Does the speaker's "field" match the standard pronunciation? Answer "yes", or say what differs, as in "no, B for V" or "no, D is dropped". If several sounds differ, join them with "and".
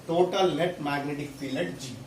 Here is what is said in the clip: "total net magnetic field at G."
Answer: no, D is dropped